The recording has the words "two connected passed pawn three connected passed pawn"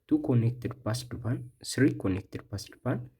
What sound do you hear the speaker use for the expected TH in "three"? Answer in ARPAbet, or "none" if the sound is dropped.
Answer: S